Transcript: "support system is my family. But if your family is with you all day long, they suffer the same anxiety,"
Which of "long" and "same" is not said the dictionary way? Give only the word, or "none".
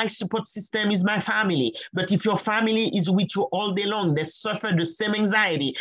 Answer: none